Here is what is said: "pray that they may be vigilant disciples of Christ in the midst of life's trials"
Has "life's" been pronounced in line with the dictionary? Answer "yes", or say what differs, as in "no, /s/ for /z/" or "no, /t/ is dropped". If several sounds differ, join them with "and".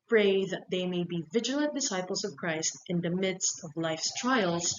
yes